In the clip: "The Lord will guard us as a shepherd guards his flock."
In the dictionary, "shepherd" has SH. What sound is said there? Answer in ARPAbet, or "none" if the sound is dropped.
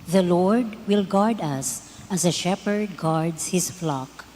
SH